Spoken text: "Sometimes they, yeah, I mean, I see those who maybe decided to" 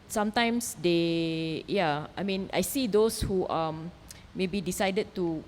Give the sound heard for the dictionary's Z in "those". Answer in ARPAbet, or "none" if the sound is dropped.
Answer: S